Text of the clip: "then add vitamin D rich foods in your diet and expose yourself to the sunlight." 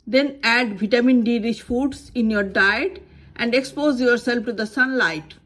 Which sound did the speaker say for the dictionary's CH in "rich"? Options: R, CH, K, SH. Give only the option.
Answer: SH